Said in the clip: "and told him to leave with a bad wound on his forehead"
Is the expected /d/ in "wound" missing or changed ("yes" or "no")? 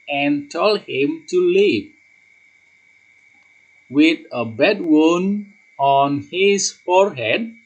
yes